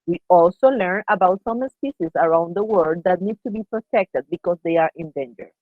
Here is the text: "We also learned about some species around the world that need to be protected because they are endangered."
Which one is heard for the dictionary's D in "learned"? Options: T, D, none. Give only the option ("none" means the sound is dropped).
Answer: none